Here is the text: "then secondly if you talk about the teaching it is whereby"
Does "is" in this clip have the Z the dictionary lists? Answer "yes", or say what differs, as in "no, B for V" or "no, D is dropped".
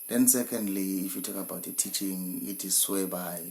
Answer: no, S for Z